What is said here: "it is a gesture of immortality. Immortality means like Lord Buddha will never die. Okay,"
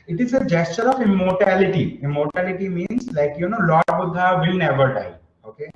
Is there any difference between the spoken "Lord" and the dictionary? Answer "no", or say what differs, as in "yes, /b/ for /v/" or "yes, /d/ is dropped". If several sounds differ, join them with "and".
yes, /n/ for /l/